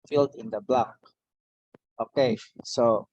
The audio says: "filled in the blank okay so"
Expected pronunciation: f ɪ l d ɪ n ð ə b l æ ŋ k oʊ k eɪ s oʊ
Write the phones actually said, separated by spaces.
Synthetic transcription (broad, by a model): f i l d ɪ n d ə b l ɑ k oʊ k eɪ s oʊ